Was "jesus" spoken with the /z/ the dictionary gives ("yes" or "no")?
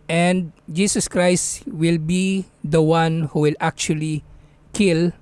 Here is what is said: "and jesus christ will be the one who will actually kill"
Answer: no